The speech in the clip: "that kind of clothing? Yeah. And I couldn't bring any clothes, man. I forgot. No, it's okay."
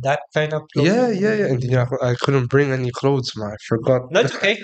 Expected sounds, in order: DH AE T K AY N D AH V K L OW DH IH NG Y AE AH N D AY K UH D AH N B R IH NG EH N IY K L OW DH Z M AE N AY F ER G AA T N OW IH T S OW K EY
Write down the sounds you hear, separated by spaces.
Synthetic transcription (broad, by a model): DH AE T K AY N D AH V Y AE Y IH Y AE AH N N AY K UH D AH N B R IH NG EH N IY K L OW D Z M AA AY F ER G AA T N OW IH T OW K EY